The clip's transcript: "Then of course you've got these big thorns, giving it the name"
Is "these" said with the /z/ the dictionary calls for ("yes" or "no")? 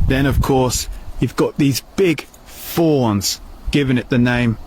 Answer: yes